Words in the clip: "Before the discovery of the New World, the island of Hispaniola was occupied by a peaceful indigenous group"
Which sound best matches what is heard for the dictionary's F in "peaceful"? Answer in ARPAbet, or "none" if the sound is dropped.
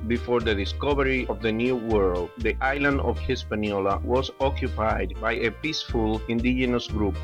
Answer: F